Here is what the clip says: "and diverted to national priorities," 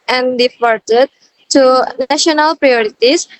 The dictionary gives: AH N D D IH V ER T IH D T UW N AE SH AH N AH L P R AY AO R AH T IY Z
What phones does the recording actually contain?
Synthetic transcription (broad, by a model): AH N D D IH F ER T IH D T UW N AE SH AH N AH L P R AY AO R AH T IY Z